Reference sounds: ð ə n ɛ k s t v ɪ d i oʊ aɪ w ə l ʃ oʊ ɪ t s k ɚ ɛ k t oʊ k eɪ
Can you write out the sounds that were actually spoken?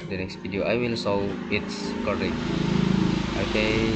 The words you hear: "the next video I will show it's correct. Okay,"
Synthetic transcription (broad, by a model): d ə n ɛ k s t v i d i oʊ aɪ w ə l s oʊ ɪ t s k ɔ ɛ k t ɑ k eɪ